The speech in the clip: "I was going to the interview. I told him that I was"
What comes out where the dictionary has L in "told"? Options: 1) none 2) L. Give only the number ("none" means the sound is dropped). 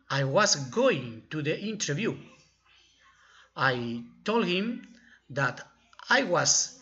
2